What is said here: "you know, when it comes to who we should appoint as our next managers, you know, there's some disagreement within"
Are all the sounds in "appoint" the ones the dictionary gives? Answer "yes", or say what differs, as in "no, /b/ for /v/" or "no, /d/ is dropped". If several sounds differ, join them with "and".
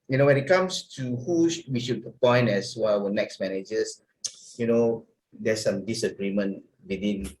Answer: no, /t/ is dropped